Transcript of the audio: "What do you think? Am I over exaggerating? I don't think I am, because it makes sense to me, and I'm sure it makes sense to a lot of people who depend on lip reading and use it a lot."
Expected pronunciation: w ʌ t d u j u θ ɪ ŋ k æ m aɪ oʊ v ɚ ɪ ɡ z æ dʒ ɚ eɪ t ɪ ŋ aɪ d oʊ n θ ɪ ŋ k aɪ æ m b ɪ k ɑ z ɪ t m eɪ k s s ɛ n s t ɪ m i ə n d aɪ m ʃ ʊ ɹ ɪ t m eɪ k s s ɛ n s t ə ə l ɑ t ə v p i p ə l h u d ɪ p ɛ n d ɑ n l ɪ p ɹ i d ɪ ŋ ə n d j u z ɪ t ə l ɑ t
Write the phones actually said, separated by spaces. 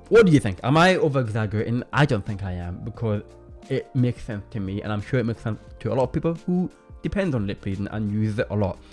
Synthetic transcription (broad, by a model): w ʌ t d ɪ j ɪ θ ɪ ŋ k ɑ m aɪ oʊ v ɚ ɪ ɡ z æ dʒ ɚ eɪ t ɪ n aɪ d oʊ n θ ɪ ŋ k aɪ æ m b ɪ k ɑ z ɪ t m eɪ k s s ɛ n s t ɪ m i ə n aɪ m ʃ ʊ ɹ ɪ t m eɪ k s s ɛ n s t ə ə l ɑ t ə v p i p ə l h u d ɪ p ɛ n d n l ɪ p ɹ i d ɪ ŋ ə n j u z ɪ t ə l ɑ t